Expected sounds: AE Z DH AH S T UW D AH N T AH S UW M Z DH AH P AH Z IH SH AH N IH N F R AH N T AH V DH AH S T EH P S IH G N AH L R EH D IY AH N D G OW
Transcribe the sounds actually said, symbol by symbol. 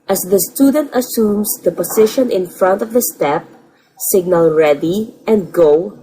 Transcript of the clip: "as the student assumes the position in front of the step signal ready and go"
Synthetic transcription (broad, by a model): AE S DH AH S T UW D AH N T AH S UW M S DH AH P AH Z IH SH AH N IH N F R AH N T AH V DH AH S T EH P S IH G N AH L R EH D IY AH N D G OW